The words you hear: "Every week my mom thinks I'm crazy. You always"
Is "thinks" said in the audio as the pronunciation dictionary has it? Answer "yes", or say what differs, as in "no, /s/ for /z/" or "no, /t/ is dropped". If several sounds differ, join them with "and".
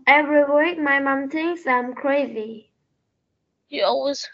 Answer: no, /k/ is dropped